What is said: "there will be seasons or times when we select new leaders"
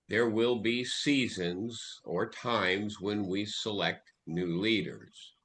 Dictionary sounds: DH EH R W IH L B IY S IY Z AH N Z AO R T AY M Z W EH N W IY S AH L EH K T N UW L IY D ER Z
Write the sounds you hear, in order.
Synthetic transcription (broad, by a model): DH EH R W IH L B IY S IY Z AH N Z AO R T AY M Z W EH N W IY S AH L EH K T N UW L IY D ER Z